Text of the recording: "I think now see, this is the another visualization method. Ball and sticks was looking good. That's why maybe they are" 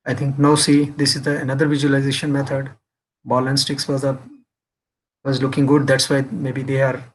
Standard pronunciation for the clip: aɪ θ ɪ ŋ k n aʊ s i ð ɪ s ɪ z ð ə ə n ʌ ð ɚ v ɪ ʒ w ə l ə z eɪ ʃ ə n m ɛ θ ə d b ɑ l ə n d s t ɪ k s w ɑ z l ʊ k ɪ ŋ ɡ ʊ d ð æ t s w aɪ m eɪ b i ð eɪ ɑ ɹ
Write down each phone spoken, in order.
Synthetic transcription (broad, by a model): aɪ t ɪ ŋ k n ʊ s i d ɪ s ɪ z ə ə n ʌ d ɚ v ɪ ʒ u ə l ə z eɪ ʃ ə n m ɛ t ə d b ɑ l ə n s t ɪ k s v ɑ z l ʊ k ɪ ŋ ɡ ʊ d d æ t s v aɪ m eɪ b i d eɪ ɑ ɹ